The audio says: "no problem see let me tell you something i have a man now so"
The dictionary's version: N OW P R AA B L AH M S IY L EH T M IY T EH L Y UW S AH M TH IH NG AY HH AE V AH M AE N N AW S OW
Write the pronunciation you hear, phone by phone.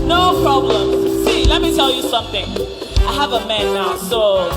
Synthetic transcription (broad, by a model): N OW P R AA B L AH M S IY L EH T M IY T EH L Y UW S AH M TH IH NG AY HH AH V AH M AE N N AW S OW